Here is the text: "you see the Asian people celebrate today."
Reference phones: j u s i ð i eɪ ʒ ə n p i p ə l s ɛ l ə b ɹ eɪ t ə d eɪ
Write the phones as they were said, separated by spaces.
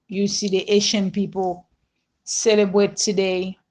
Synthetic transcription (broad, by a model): j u s i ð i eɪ ʃ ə n p i p ə l s ɛ l ə b ɹ eɪ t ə d eɪ